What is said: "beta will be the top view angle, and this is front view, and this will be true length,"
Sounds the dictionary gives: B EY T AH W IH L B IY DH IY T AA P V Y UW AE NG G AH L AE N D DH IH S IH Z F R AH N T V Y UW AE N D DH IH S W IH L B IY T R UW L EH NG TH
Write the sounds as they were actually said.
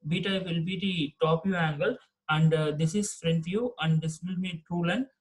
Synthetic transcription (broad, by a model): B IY T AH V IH L B IY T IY T AA P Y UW AE NG G AH L AE N D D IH S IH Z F R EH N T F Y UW AE N D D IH S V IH L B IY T UW L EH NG